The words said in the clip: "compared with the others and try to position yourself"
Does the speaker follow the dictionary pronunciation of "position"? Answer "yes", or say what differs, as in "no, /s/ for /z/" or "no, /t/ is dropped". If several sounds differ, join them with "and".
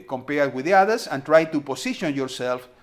no, /s/ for /z/